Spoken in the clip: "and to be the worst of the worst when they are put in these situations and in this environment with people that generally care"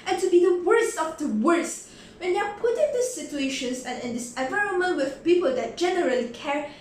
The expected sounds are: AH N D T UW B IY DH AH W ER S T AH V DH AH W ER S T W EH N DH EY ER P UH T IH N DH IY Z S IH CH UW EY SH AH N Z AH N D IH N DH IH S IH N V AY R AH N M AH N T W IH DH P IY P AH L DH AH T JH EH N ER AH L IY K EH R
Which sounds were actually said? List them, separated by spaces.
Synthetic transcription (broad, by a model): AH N T UW B IY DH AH W ER S T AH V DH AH W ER S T W EH N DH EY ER P UH T IH N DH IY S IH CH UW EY SH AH N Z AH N IH N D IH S IH N V AY R AH N M AH N T W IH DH P IY P AH L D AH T JH EH N ER AH L IY K EH R